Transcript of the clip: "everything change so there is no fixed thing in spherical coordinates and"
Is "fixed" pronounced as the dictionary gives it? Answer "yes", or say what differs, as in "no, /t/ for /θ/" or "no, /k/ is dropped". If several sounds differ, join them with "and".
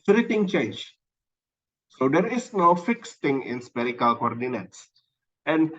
yes